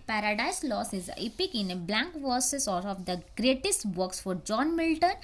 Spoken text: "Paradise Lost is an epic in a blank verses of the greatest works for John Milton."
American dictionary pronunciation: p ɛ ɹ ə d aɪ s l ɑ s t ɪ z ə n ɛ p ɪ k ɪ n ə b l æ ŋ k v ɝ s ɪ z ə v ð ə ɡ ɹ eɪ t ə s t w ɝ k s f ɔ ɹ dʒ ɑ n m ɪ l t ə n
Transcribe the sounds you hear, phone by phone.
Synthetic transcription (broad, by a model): p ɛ ɹ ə d aɪ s l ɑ s ɪ z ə p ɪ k ɪ n ə b l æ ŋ k v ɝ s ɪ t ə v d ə ɡ ɹ eɪ t ə s t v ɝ k s f ɔ ɹ dʒ ɑ n m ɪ l t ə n